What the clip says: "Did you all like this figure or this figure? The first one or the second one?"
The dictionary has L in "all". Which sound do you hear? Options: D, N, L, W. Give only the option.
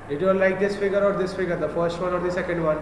N